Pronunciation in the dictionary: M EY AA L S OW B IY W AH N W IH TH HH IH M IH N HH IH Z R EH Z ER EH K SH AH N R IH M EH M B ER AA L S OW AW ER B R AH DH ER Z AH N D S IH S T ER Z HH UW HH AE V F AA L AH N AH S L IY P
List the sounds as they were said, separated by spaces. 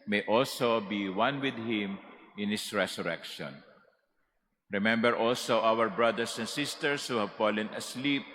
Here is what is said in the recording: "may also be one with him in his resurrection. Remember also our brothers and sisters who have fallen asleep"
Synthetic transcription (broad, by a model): M EY AA L S OW B IY W AH N W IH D HH IH M IH N HH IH S R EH S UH EH K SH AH N R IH M EH M B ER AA L S OW AW ER B R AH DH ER S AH N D S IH S T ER S HH UW HH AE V F AA L AH N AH S L IY P